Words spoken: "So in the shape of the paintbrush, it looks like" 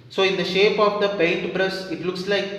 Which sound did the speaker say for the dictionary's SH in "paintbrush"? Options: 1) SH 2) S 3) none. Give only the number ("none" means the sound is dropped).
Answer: 2